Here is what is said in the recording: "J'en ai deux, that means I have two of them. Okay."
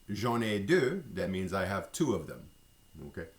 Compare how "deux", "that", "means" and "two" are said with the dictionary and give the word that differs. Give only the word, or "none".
none